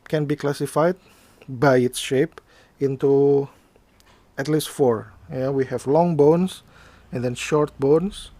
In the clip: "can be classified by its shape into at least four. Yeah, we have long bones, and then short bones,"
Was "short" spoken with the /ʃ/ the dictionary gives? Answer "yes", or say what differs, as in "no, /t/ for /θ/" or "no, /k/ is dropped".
yes